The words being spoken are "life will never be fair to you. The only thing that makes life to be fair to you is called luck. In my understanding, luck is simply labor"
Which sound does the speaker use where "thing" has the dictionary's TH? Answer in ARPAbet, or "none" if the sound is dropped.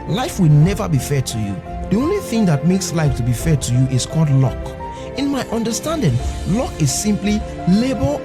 TH